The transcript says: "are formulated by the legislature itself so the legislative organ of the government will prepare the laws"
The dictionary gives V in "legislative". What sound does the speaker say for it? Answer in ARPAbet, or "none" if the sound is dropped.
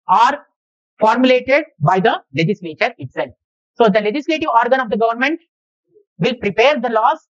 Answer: V